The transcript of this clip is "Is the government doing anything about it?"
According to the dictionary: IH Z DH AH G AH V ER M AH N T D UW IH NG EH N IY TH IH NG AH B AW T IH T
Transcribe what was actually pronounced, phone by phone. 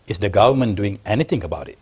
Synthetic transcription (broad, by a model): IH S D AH G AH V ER M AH N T D UW IH NG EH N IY T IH NG AH B AW T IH T